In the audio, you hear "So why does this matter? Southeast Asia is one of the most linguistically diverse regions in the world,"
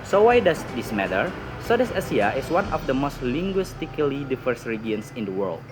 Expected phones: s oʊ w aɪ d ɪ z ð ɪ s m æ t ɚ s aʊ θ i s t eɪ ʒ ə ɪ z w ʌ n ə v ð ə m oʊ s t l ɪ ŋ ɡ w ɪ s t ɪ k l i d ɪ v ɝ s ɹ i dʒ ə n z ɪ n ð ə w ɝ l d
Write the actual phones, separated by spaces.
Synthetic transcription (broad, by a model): s oʊ w aɪ d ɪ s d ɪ s m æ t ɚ s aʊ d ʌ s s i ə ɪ s w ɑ n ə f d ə m oʊ s t l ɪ ŋ ɡ w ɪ s t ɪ k l i d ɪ f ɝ s ɹ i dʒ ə n s ɪ n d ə w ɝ l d